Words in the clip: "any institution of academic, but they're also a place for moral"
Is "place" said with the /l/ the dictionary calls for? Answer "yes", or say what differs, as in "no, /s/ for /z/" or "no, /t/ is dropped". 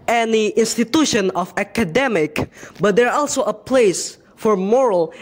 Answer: yes